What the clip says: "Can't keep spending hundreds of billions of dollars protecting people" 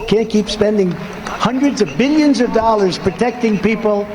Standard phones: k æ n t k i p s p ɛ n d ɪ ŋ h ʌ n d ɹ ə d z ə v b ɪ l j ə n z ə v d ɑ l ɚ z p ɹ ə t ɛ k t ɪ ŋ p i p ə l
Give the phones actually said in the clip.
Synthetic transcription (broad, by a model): k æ n k i p s p ɛ n d ɪ ŋ h ʌ n d ɹ ə d z ə v b ɪ l j ə n z ə v d ɑ l ɚ z p ɹ ə t ɛ k t ɪ ŋ p i p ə l